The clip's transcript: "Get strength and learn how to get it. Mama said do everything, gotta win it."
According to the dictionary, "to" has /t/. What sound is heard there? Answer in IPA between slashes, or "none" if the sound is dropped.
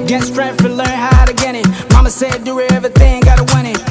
/t/